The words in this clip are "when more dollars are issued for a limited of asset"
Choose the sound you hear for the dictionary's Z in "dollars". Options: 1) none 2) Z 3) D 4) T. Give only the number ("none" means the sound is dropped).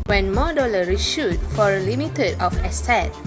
1